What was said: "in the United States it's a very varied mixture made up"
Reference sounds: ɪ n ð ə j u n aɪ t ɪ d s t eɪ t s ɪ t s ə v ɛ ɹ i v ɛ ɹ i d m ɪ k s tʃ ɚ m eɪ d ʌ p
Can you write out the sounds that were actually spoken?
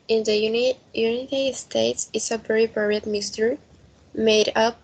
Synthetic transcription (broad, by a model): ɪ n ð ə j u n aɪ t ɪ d s t eɪ t s ɪ t s ə b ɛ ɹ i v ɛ ɹ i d m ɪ s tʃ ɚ m eɪ d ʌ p